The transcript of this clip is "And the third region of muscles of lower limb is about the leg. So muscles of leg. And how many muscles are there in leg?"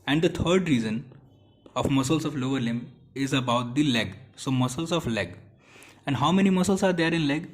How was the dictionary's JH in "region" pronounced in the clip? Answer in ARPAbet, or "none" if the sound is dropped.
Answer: Z